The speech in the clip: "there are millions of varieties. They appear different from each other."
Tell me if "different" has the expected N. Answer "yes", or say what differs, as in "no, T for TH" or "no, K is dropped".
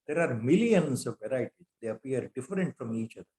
yes